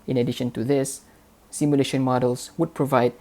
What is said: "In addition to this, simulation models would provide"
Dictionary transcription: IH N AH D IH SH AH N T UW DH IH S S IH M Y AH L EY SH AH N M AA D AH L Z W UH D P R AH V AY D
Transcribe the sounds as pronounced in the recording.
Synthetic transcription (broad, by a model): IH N AH D IH SH AH N T UW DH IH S S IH M Y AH L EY SH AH N M AA D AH L S W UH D P R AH V AY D